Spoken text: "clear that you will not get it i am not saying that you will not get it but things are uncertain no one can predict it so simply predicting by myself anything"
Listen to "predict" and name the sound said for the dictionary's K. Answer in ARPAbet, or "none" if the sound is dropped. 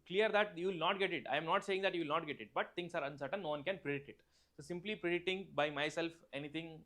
none